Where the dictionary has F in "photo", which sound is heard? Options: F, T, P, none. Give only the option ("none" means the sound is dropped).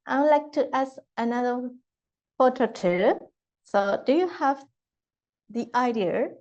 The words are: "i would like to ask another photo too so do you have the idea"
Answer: P